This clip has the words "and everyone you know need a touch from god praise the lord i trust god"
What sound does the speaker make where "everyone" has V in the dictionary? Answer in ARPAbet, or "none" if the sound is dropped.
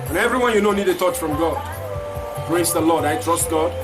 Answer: V